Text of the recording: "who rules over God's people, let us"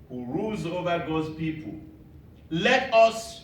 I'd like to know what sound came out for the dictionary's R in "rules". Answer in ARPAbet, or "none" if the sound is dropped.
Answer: R